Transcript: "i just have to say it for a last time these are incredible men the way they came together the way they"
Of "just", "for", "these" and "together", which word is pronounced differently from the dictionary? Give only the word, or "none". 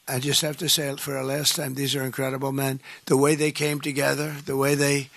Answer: none